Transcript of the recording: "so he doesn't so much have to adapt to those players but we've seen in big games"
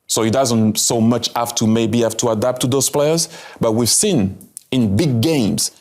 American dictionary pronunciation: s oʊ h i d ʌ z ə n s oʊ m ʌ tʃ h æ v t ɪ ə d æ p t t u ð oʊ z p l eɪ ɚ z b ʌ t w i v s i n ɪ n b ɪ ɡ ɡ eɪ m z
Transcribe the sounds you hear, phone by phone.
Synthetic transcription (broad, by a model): s oʊ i d ʌ z ə n s oʊ m ʌ tʃ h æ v t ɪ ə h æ f t t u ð oʊ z p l eɪ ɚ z b ʌ t w i v s i n ɪ n b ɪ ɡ ɡ eɪ m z